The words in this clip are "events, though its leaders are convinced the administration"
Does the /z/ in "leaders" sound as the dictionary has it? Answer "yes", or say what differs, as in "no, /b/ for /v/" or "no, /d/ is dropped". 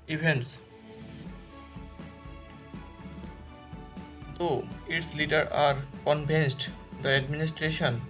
no, /z/ is dropped